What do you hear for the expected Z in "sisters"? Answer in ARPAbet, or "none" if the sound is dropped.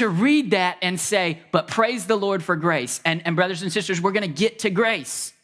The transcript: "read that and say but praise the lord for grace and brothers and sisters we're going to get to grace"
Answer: Z